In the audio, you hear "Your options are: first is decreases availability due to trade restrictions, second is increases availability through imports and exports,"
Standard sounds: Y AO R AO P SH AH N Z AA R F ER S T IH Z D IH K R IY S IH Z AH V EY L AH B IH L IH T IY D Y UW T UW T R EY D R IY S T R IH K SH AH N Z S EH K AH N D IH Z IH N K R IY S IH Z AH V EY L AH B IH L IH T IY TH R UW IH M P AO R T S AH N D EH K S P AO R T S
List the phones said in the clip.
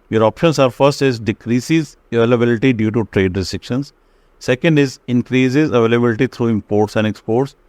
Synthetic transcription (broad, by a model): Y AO R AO P SH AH N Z AA R F ER S T IH Z D IH K R IY S IH Z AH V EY L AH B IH L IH T IY D Y UW T UW T R EY D R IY S T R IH K SH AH N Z S EH K AH N D IH Z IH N K R IY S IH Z AH V EY L AH B IH L IH T IY T R UW IH M P AO R T S AH N D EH K S P AO R T S